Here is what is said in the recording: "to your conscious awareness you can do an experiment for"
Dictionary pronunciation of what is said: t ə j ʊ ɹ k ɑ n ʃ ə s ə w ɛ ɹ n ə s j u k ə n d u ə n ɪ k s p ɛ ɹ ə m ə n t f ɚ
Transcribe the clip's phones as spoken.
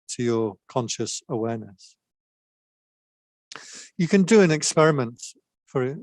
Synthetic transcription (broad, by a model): t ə j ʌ ɹ k ɑ n ʃ ə s ə w ɛ ɹ n ə s j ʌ k ə n d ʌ ə n ɪ k s p ɛ ɹ ə m ə n t f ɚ